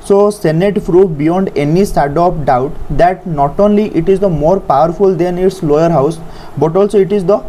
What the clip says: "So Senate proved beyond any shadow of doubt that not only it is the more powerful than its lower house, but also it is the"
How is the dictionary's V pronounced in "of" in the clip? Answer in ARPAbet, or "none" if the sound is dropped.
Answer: P